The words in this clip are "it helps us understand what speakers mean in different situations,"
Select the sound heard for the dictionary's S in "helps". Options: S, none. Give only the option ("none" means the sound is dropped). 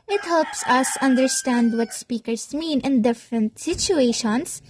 S